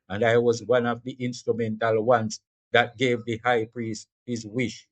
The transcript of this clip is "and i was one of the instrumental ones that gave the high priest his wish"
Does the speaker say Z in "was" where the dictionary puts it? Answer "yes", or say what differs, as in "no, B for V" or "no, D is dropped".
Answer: yes